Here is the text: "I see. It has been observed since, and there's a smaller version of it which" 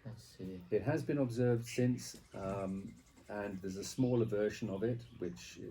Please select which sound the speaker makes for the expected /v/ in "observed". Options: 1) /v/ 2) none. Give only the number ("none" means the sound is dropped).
1